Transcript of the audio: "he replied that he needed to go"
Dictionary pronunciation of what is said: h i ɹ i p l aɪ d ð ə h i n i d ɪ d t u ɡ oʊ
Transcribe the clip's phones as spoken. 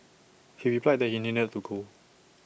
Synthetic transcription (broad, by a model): h i w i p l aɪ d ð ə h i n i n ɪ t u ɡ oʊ